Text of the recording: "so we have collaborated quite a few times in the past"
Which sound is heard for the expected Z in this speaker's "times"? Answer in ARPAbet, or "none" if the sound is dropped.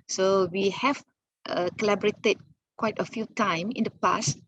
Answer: none